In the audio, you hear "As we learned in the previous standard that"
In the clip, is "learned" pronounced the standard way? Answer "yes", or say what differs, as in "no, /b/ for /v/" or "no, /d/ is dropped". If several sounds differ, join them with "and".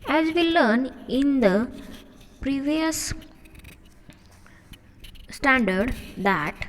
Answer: no, /d/ is dropped